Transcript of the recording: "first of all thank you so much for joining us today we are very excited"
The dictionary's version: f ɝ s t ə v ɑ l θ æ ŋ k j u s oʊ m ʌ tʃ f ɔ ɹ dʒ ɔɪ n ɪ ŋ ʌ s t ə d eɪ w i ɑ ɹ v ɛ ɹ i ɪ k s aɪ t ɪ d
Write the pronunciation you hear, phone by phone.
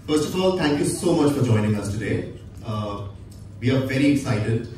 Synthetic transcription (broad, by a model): f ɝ s t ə f ɑ l t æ ŋ k j u s oʊ m ʌ tʃ f ɔ ɹ dʒ ɔɪ n ɪ ŋ ʌ s t ə d eɪ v i ɑ ɹ v ɛ ɹ i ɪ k s aɪ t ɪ d